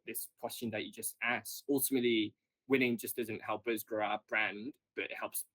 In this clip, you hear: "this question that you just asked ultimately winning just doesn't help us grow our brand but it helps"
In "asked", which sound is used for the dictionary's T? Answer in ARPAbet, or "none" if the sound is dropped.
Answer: none